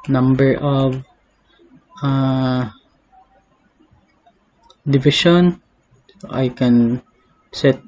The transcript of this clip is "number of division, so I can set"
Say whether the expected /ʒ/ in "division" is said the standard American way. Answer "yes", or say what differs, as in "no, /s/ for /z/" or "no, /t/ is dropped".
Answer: no, /ʃ/ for /ʒ/